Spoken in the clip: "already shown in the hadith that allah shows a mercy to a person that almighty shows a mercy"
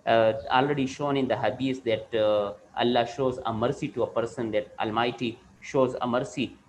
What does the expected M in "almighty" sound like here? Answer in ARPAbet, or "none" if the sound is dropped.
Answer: M